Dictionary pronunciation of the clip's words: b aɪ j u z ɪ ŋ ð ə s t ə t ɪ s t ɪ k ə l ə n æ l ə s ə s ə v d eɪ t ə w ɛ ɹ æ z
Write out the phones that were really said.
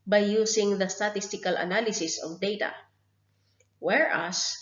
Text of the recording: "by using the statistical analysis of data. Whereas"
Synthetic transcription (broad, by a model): b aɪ j u s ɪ ŋ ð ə s t ə t ɪ s t ɪ k ə l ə n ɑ l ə s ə s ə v d eɪ t ə w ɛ ɹ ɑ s